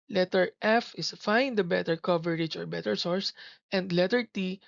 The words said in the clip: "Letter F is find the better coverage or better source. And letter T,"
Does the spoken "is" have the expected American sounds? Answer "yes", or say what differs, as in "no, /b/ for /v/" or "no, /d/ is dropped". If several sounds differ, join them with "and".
no, /s/ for /z/